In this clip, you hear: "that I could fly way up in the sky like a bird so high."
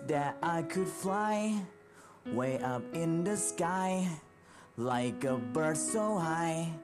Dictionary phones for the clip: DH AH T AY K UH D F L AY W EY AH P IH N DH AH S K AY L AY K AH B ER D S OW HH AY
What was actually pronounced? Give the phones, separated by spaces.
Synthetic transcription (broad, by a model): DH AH T AY K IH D F L AY W EY AH P IH N DH AH S K AY L AY K AH B ER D S OW HH AY